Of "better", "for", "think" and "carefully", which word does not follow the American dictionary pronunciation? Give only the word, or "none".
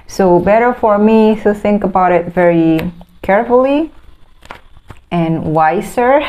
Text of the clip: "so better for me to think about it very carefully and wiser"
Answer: none